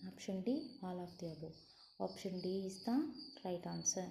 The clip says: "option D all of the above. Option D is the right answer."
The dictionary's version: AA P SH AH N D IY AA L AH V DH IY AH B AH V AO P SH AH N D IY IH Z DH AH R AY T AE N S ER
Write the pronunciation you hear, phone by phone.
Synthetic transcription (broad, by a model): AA P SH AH N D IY AA L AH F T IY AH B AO AO P SH AH N D IY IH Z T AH R AY T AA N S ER